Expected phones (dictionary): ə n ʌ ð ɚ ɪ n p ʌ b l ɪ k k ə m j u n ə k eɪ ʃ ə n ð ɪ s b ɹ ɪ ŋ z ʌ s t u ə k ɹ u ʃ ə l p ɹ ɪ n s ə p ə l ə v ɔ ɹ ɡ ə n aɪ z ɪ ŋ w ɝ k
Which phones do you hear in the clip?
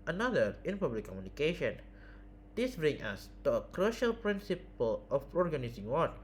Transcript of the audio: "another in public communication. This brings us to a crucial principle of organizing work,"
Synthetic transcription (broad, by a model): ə n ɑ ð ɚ ɪ n p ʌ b l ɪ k k ə m j u n ə k eɪ ʃ ə n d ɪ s b ɹ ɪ ŋ ʌ s t u ə k ɹ u ʃ ə l p ɹ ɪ n s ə p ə l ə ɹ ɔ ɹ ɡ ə n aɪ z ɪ ŋ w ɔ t